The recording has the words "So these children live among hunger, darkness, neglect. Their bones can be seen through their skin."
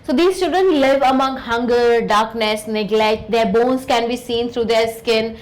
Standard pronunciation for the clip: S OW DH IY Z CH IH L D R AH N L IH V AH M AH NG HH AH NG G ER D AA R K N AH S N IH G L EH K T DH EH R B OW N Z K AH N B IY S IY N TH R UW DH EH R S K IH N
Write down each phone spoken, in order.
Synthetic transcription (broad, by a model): S OW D IY S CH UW D AH N L IH V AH M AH NG HH AH NG G ER D AA R K N AH S N IH G L EH K T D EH R B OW N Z K AH N B IY S IY N T R UW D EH R S K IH N